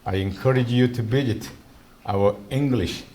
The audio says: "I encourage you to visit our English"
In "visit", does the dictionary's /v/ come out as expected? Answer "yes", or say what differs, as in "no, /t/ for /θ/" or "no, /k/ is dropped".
no, /b/ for /v/